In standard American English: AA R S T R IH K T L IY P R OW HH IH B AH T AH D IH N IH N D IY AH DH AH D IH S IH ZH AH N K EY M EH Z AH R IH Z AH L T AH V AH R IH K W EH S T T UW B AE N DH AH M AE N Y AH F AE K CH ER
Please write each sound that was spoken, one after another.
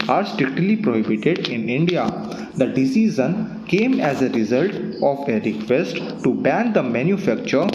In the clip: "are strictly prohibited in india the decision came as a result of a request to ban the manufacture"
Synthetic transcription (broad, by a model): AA R S T R IH K T L IY P R OW HH IH B AH T AH D IH N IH N D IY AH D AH D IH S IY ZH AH N K EY M EH Z AH R IH Z AH L T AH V AH R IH K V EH S T T UW B AE N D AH M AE N Y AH F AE K CH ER